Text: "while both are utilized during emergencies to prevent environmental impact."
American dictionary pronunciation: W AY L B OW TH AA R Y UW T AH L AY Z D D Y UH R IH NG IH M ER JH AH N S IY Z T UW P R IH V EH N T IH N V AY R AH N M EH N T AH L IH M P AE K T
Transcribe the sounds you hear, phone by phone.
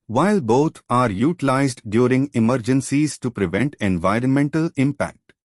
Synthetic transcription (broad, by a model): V AY L B OW T AA R Y UW T AH L AY Z D D Y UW R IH NG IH M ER JH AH N S IY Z T UW P R IH V EH N T IH N V AY R AH N M EH N T AH L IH M P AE K T